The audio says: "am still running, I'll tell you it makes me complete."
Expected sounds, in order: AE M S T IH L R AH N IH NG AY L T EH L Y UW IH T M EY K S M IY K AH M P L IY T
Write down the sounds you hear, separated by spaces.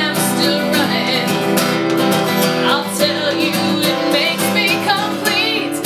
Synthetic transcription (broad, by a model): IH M S T IH L R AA IH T AY L T EH L Y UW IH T M EY K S M IY K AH M P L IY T